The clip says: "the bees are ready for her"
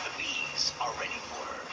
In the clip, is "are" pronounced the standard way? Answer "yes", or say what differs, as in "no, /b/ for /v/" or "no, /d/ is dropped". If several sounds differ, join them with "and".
no, /l/ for /ɹ/